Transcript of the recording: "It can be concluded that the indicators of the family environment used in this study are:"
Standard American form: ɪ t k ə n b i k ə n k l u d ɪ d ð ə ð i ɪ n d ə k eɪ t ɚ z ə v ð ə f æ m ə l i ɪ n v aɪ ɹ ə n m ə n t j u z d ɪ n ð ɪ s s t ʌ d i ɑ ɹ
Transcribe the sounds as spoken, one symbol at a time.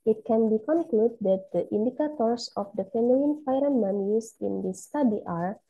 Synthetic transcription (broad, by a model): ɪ t k ə n b i k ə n k l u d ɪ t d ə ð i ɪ n d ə k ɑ t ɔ s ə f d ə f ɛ m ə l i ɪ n f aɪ ɹ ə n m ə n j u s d ɪ n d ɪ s s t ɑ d i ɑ ɹ